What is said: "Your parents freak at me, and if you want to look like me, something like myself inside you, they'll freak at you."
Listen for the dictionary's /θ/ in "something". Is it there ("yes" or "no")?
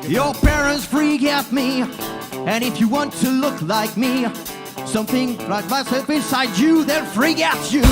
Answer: yes